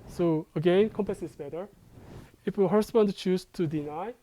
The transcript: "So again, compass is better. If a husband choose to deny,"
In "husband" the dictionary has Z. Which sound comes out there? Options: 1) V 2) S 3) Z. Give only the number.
2